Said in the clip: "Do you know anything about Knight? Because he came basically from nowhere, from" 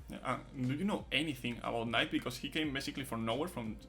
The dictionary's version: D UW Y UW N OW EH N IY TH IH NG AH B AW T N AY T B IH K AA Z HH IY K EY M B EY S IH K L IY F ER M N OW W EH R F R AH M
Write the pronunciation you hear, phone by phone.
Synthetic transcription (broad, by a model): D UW Y UW N OW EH N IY TH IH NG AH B AW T N AY T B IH K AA S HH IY K EY M B EY S IH K L IY F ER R N OW W EH R F R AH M